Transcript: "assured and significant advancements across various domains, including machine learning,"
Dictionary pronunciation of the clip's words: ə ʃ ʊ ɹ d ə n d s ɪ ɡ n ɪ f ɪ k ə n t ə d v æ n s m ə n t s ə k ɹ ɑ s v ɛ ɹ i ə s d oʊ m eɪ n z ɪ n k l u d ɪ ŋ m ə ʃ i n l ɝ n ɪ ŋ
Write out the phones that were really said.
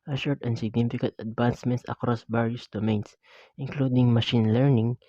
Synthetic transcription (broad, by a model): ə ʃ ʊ ɹ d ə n s ɪ ɡ n ɪ f ɪ k ə n t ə d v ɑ n s m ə n t s ə k ɹ ɑ s b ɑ ɹ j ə s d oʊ m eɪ n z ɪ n k l u d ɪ ŋ m ə ʃ i n l ɝ n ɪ ŋ